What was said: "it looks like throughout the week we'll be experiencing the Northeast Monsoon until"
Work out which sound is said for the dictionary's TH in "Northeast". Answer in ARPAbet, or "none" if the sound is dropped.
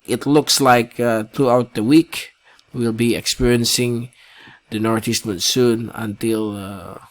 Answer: T